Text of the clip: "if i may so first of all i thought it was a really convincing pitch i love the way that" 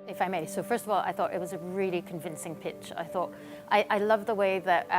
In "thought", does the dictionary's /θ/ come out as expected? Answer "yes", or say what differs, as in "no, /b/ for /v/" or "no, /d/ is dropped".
yes